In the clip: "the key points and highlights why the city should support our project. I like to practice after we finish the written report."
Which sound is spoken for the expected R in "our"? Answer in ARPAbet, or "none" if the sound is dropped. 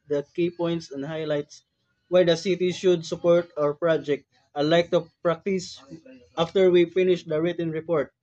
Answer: R